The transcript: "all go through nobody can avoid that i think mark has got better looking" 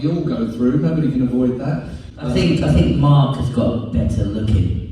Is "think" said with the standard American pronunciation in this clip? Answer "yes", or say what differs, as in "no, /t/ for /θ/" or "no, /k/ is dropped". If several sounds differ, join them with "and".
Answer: yes